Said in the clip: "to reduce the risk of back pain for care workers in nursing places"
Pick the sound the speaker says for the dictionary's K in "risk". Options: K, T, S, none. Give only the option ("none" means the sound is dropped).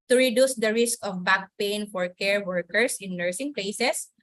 K